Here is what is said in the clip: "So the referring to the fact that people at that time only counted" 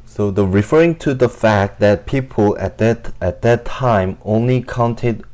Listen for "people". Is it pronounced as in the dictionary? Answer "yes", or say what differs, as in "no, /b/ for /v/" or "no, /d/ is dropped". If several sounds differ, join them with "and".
yes